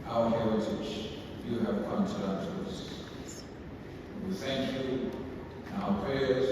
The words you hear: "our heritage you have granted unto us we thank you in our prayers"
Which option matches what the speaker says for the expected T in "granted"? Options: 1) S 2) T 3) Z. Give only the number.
1